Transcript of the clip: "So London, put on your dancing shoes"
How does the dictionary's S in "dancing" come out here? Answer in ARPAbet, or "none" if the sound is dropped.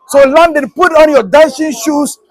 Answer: SH